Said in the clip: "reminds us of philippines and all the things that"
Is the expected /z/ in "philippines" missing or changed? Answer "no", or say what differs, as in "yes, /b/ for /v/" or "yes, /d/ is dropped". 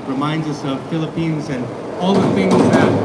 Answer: no